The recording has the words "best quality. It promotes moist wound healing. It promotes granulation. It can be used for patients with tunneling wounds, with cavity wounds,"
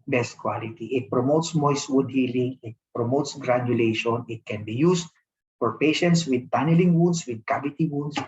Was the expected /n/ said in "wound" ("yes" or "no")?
no